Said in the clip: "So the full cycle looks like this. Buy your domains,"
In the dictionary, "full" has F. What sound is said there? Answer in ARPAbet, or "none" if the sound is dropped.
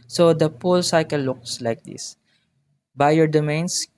P